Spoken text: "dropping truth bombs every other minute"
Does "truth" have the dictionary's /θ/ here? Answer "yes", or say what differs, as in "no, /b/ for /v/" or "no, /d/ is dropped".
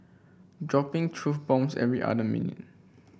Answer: no, /f/ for /θ/